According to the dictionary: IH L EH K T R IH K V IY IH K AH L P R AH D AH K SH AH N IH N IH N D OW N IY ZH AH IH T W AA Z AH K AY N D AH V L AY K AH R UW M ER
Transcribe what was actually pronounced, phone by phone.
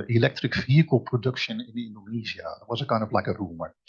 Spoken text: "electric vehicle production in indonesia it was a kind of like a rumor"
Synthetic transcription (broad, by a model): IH L EH K T R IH K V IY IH K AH L P R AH D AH K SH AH N IH N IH N D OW N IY Z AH IH T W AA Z AH K AY N D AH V L AY K AH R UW M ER